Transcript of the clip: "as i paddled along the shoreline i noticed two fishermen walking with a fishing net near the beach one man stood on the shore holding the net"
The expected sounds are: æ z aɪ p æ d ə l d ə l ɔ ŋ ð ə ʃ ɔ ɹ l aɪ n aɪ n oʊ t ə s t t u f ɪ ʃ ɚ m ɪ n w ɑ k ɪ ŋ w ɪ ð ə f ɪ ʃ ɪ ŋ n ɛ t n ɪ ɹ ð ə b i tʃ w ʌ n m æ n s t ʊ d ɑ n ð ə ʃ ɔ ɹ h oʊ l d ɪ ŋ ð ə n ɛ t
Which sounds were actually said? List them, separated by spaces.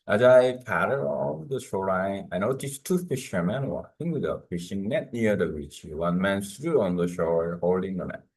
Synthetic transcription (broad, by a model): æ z aɪ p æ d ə d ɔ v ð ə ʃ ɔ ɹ aɪ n aɪ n oʊ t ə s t t u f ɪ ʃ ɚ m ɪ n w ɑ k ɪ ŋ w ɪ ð ə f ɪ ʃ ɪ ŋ n ɛ t n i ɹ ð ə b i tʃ w ʌ n m æ n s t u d ɑ n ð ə ʃ ɔ ɹ h oʊ l d ɪ ŋ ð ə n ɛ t